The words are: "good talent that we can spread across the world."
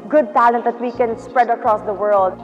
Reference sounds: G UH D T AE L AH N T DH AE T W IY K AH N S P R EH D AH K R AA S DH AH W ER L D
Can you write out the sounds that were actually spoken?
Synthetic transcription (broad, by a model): G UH D T AE L AH N T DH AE T W IY K AH N S P R EH D AH K R AA S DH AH W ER L D